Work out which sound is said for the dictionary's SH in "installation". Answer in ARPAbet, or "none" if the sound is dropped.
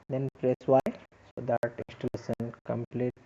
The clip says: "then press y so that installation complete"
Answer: S